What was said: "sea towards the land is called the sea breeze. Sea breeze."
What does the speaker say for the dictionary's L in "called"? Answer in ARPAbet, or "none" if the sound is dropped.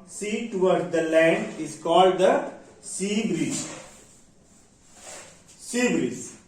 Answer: L